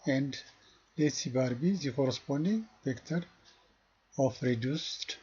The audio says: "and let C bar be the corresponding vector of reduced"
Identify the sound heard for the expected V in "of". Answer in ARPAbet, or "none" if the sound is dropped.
F